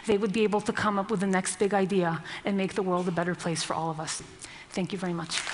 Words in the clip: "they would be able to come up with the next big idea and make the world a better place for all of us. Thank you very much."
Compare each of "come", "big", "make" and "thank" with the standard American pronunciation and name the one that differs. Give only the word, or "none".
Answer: none